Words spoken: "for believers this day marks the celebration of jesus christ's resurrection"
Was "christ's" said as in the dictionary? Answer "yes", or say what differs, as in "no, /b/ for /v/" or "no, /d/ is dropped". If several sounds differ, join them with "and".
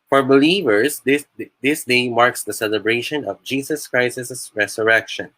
no, /s/ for /t/